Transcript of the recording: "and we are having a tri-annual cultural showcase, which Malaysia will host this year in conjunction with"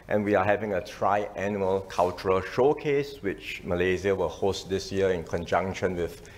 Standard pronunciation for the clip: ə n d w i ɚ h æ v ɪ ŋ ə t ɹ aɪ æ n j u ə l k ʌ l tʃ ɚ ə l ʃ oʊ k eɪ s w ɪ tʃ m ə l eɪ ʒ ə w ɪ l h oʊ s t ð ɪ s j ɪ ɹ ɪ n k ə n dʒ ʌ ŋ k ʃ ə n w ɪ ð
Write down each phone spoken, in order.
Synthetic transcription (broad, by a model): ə n w i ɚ h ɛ v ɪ ŋ ə t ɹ aɪ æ n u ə l k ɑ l tʃ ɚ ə l ʃ oʊ k eɪ s w ɪ tʃ m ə l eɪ z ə w ɪ l h oʊ s t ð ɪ s j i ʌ ɪ n k ə n dʒ ʌ ŋ k ʃ ə n w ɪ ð